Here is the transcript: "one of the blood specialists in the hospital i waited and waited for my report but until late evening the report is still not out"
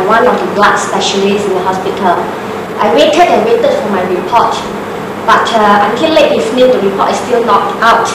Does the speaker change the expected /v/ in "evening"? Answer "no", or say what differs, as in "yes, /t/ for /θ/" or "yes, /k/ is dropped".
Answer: yes, /f/ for /v/